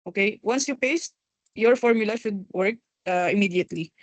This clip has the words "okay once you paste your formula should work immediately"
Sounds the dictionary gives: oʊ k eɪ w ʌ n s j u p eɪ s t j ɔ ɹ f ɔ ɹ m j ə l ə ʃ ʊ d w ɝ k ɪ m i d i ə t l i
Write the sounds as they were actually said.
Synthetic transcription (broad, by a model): oʊ k eɪ w ʌ n s j u p eɪ s t j ɔ ɹ f ɔ ɹ m j ə l ə ʃ ʊ d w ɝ k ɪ m i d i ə t l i